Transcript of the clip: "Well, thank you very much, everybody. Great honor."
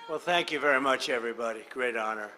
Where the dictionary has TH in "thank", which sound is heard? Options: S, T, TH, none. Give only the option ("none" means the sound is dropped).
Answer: TH